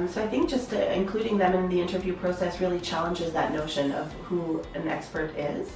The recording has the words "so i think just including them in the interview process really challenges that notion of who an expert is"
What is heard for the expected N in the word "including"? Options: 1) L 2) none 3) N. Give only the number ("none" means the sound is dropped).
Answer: 3